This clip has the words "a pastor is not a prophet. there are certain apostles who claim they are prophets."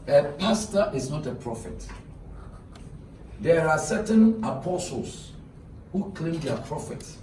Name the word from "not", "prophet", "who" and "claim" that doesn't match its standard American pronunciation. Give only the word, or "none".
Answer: none